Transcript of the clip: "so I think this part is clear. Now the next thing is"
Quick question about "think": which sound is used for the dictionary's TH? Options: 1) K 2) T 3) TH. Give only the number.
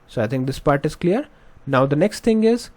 2